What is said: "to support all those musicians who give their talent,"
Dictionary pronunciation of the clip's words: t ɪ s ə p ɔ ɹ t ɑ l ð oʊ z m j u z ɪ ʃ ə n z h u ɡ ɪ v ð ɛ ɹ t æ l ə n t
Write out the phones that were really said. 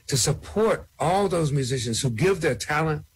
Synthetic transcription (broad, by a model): t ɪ s ə p ɔ ɹ t ɑ l ð oʊ z m j u z ɪ ʃ ə n z h u ɡ ɪ v ð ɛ ɹ t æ l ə n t